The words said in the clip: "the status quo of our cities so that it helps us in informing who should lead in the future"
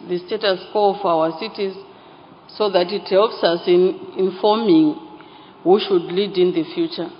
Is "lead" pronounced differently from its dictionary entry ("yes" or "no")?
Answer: no